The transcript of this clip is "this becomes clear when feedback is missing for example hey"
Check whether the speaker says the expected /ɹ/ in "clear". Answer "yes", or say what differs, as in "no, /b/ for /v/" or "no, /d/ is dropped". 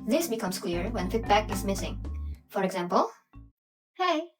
yes